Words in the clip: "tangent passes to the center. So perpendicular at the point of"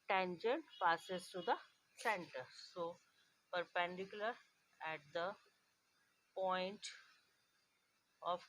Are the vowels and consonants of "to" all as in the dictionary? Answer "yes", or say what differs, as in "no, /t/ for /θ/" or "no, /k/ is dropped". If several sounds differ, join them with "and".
no, /s/ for /t/